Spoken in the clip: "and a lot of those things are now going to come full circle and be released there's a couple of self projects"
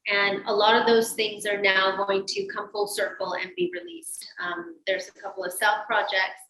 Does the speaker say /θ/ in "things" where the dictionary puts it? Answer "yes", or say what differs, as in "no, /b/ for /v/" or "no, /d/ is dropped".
yes